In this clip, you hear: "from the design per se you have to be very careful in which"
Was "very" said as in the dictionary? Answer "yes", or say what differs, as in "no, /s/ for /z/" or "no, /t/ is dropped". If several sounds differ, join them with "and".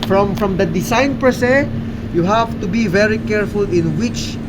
yes